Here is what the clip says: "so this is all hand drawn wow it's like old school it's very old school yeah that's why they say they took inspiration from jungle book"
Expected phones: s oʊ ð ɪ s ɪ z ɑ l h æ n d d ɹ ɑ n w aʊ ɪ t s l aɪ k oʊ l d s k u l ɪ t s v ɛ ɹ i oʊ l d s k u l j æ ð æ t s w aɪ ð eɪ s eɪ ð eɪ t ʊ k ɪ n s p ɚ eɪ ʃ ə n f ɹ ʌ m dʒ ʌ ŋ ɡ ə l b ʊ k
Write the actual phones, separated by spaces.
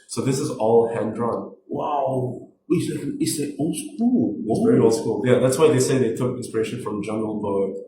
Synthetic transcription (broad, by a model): s oʊ ð ɪ s ɪ z ɑ l h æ n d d ɹ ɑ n w aʊ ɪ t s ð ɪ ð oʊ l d s k u l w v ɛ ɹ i oʊ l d s k u l j æ ð æ t s w aɪ ð eɪ s eɪ ð eɪ t ʊ k ɪ n s p ɚ eɪ ʃ ə n f ɹ ʌ m dʒ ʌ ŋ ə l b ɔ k